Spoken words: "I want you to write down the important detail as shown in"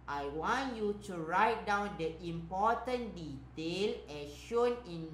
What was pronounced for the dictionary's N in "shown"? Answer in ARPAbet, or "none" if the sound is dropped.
N